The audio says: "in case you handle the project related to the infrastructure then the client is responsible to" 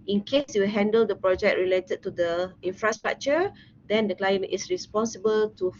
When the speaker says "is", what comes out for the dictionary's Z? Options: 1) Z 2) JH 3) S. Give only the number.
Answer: 3